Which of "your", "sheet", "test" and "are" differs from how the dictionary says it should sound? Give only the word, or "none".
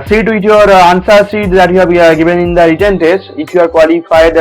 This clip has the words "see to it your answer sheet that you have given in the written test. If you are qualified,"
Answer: sheet